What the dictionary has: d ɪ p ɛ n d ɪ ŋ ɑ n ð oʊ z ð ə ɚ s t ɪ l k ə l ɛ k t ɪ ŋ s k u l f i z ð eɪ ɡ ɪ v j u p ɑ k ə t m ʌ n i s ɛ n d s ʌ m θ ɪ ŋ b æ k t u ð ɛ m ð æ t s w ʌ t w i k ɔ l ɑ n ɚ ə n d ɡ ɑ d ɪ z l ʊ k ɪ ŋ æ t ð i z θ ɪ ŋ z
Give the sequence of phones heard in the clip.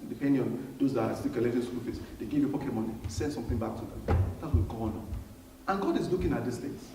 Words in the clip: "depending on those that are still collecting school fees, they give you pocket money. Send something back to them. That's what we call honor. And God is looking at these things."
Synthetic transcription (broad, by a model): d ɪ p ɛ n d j ɑ n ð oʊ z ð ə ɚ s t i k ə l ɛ t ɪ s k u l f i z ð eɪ ɡ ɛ v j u p ɑ k ə t m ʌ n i s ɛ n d s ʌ m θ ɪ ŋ b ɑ k t u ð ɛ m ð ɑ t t w i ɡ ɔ n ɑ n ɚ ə n ɡ ɑ d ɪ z l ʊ k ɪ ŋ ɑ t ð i s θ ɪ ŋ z